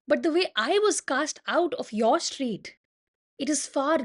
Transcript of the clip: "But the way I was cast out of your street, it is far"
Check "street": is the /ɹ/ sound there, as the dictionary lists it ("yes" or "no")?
yes